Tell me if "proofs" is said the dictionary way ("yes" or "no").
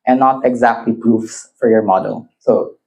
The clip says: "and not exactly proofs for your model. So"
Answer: yes